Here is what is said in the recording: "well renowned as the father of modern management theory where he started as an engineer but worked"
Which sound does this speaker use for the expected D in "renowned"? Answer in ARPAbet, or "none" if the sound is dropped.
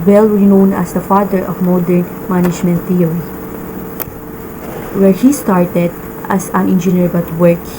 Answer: none